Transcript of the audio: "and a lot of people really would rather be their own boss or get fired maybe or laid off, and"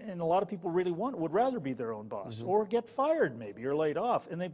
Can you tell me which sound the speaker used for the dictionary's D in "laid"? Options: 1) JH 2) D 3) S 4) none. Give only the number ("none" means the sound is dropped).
2